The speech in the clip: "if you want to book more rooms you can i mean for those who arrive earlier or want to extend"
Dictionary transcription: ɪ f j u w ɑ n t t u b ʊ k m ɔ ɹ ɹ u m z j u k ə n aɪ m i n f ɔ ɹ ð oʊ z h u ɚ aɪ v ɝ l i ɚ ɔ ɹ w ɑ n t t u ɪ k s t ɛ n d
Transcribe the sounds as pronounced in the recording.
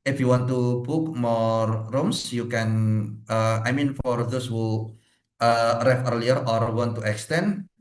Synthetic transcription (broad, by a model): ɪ f j u w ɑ n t t u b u k m ɔ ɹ ɹ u m s j u k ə n aɪ m i n f ɔ ɹ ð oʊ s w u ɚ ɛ f ɝ l i ɚ ɔ ɹ w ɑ n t t u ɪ k s t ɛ n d